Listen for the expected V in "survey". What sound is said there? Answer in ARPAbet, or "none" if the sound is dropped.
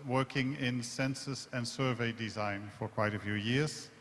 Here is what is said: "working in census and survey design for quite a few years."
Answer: V